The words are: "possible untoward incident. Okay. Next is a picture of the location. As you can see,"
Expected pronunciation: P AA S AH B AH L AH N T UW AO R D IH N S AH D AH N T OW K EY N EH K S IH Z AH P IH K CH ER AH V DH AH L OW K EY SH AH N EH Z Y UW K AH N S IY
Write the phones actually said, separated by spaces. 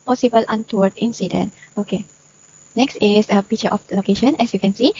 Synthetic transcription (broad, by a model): P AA S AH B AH L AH N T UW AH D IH N S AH D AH N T OW K EY N EH K S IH S AH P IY CH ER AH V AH L OW K EY SH AH N EH S Y UW K AH N S IY